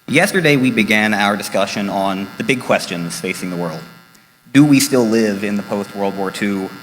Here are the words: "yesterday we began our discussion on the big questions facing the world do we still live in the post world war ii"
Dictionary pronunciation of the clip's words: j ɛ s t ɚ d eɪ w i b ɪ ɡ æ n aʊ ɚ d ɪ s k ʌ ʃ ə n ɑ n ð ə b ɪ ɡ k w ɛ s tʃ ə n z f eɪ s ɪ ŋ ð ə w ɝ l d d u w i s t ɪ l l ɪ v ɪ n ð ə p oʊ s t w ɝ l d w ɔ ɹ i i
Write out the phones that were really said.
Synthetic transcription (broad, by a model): j ɛ s t ɚ d eɪ w i b ɪ ɡ æ n aʊ ɚ d ɪ s k ʌ ʃ ə n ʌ n ð ə b ɪ ɡ k w ɛ s tʃ ə n z f eɪ s ɪ ŋ ð ə w ɝ l d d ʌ w i s t ɪ l l ɪ v ɪ n ð ə p oʊ s t w ɝ l d w ɔ ɹ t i